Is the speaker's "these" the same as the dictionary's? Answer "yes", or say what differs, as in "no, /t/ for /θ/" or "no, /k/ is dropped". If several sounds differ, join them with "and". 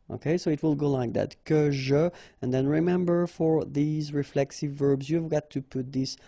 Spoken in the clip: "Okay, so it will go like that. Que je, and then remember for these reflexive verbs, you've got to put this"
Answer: yes